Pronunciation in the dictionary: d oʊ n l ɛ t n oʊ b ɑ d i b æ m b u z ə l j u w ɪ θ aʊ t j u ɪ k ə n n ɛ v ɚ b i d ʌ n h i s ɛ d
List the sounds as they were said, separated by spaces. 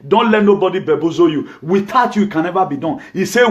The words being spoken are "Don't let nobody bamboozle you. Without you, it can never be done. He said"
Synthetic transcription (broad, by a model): d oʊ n l ɛ t n oʊ b ɑ d i b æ b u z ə j u w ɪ t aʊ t j u ɪ k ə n n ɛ v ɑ b i d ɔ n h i s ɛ